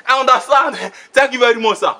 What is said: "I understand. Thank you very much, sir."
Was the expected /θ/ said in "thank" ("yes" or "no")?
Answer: no